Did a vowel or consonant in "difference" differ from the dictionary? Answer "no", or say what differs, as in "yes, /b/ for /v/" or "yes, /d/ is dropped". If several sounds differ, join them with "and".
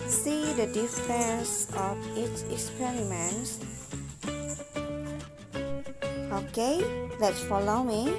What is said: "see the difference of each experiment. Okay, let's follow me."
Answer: yes, /ɹ/ is dropped